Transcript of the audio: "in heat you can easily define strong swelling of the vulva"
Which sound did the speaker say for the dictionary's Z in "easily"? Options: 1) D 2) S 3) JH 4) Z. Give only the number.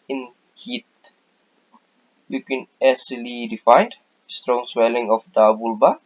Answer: 2